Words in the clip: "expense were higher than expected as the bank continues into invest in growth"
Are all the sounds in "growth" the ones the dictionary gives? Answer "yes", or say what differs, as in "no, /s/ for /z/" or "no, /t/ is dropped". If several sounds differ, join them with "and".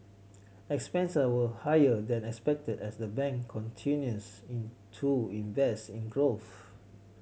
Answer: yes